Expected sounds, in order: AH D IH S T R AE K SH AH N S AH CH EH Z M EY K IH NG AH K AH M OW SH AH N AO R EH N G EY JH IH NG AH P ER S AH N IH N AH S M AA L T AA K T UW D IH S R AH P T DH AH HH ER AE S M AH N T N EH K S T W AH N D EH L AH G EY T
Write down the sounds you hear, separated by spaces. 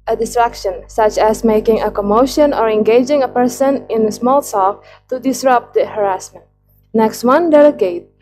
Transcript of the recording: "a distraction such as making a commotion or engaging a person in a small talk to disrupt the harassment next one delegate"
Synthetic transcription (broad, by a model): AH D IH S T R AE K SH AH N S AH CH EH S M EY K IH NG AH K AH M OW SH AH N AO R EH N G EY JH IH NG AH P ER S AH N IH N AH S M AA L S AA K T UW D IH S R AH P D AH HH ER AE S M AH N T N EH K S T W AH N D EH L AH G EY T